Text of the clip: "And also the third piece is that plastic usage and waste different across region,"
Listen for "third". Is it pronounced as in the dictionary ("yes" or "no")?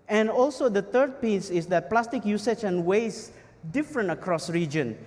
no